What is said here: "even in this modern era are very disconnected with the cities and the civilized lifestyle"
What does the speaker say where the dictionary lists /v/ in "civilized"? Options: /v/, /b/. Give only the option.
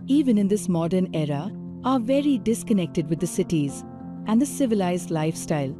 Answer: /v/